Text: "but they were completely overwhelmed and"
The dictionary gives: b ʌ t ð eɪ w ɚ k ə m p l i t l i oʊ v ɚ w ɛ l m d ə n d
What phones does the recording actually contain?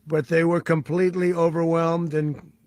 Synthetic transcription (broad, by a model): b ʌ t ð eɪ w ɚ k ə m p l i t l i oʊ v ɚ w ɛ l m d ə n